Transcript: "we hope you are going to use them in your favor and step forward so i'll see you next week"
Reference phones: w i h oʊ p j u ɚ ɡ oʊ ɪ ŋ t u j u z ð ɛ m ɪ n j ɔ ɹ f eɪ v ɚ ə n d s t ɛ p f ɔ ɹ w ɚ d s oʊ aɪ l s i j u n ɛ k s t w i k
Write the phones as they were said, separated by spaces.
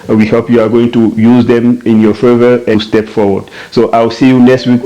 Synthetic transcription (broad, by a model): w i h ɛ p j u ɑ ɡ oʊ ɪ ŋ t u j u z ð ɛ m ɪ n j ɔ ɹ f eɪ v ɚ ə s t ɛ p f ɔ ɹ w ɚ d s oʊ aɪ w s i j u n ɛ k s t w i k